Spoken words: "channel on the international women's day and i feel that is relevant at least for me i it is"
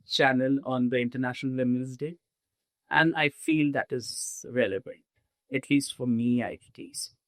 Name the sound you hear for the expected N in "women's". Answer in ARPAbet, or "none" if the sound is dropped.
L